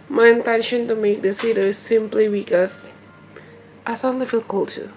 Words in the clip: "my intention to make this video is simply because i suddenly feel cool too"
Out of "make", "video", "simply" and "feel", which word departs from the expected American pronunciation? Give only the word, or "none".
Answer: video